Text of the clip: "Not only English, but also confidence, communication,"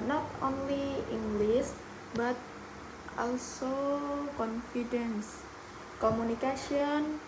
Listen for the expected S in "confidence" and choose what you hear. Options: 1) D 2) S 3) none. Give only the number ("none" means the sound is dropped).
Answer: 2